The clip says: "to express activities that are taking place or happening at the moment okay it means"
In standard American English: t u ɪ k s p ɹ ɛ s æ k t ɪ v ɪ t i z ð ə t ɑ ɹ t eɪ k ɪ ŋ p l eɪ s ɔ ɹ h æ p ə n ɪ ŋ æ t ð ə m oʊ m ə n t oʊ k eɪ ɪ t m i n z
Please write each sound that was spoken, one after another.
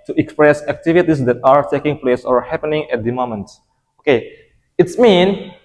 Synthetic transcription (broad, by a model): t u ɪ k s p ɹ ɛ s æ k t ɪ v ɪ t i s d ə t ɑ ɹ t eɪ k ɪ ŋ p l eɪ s ɔ ɹ h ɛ p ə n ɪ ŋ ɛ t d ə m oʊ m ə n t oʊ k eɪ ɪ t m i n